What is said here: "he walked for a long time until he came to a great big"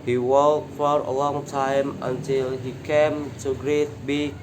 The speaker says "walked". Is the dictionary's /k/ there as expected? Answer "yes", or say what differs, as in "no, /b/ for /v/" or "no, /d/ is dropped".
no, /k/ is dropped